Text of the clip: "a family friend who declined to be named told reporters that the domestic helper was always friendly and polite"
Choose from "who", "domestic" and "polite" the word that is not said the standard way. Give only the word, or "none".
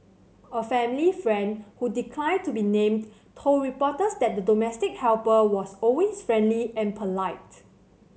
none